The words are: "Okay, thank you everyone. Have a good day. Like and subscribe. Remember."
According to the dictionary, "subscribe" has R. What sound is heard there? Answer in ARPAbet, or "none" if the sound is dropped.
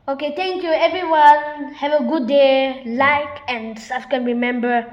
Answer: none